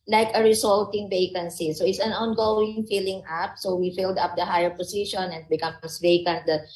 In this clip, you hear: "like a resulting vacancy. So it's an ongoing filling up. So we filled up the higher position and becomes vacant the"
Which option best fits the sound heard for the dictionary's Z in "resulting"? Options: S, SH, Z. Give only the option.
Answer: S